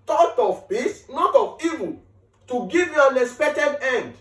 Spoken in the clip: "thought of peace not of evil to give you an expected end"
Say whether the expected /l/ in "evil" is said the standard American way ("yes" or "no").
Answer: no